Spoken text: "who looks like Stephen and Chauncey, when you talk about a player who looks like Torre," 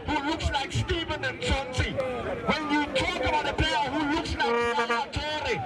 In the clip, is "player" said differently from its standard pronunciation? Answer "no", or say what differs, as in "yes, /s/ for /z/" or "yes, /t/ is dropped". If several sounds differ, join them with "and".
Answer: yes, /l/ is dropped